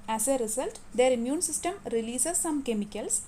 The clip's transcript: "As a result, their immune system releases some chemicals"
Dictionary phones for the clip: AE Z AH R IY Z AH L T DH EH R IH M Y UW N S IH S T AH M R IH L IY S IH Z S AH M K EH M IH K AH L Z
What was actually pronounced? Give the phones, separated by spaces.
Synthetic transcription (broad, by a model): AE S AH R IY S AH L T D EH R IH M Y UW N S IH S T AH M R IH L IY S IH S AH M K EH M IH K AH L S